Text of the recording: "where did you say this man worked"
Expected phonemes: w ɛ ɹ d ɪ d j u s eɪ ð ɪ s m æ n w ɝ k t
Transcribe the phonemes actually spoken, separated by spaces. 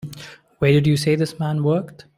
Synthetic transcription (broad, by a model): w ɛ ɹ d ɪ d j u s eɪ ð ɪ s m æ n w ɝ k t